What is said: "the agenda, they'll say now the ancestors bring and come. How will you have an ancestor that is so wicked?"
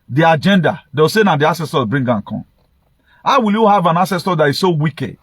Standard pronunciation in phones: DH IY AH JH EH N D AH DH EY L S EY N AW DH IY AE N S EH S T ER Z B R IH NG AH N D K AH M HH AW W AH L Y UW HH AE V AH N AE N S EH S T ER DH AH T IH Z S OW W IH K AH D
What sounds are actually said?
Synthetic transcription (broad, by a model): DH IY AH JH EH N D AH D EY W S EY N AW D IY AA S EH S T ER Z B R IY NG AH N K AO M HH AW W AH L Y UW HH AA V AH N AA S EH S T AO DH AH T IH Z S OW W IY K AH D